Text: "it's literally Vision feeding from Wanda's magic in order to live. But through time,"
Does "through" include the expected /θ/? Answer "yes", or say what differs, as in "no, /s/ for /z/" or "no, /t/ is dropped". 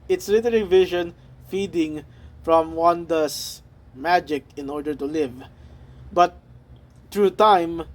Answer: no, /t/ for /θ/